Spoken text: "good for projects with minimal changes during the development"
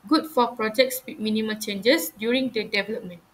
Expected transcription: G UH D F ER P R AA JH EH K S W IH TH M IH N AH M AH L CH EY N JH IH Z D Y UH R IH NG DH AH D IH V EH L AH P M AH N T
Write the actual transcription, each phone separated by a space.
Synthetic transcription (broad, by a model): G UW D F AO P R AA JH EH K S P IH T M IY N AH M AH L CH EY N JH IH S D Y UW R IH NG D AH D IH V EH L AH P M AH N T